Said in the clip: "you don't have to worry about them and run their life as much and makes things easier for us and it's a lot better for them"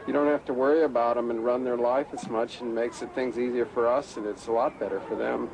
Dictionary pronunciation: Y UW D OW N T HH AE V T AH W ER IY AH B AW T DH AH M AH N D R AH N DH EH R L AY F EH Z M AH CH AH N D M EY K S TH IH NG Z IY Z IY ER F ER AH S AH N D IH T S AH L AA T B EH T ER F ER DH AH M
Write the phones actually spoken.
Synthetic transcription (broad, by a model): Y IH D OW N T HH AE F T AH W ER IY AH B AW T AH M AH N R AH N DH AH R L AY F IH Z M AH CH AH N M EY K S TH IH NG Z IY Z IY ER F ER AH S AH N IH T S AH L AA T B EH T ER F ER DH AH M